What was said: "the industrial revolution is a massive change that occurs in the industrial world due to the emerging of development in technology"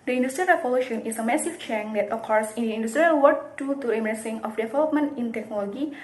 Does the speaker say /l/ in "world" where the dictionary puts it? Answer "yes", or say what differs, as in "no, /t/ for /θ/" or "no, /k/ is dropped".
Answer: no, /l/ is dropped